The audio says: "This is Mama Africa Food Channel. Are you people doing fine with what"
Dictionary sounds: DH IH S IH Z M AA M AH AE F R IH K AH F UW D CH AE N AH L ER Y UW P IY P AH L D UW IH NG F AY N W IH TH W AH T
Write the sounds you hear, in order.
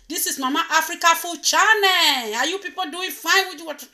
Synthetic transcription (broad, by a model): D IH S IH S M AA M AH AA F R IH K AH F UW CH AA N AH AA Y UW P IY P AH L D UW IH NG F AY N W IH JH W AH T